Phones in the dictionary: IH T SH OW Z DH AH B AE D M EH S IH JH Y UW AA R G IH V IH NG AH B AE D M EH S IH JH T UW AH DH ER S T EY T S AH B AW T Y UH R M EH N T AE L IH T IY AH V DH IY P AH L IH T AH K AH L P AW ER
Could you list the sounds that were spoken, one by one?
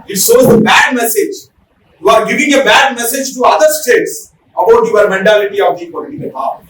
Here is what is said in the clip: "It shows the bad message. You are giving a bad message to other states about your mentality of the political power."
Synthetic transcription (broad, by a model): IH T S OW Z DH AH B AE D M EH S IH JH Y UW AA R G IH V IH NG AH B AE D M EH S IH JH T UW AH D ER S T EY T S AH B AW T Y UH R M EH N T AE L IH T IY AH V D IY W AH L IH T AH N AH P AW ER